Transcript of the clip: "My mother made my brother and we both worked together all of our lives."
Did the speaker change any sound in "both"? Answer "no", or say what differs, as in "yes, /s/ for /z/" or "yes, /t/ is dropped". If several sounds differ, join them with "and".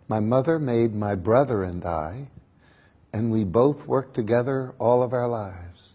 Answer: no